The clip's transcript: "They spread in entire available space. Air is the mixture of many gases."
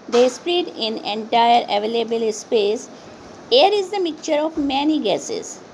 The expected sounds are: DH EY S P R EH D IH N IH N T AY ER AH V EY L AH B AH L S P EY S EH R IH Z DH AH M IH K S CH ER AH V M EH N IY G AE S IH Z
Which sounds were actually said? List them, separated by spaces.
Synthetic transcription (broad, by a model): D EY S P R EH D IH N IH N T AY ER AH V EY L AH B AH L S P EY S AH R IH Z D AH M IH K CH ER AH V M EH N IY G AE S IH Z